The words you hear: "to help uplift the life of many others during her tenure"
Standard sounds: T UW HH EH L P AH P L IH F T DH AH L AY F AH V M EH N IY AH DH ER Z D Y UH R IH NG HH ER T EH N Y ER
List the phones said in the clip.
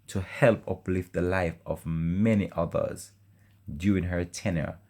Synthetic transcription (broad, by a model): T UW HH EH L P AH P L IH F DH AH L AY F AH V M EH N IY AH DH ER Z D Y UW IH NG HH ER T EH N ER